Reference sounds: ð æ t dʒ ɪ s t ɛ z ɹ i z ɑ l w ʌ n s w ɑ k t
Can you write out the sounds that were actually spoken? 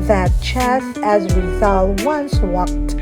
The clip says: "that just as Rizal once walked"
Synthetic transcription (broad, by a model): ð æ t tʃ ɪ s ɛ z w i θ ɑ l w ʌ n s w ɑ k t